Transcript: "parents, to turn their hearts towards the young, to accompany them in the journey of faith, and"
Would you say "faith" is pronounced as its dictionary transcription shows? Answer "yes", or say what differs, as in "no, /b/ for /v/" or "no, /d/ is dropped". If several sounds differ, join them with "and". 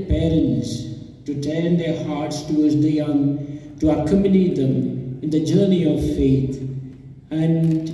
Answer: no, /t/ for /θ/